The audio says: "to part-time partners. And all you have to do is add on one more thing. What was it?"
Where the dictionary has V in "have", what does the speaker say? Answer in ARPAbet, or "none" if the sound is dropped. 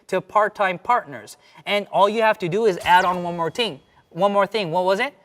F